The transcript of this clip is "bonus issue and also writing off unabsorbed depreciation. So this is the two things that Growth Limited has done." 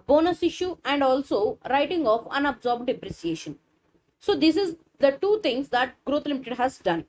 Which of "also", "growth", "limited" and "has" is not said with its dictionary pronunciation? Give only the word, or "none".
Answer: growth